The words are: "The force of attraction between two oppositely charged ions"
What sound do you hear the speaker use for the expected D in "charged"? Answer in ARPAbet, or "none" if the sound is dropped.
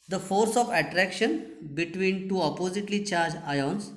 none